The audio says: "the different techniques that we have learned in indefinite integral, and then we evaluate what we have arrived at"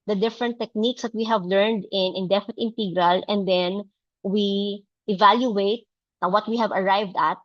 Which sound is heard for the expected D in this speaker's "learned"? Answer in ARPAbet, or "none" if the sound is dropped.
D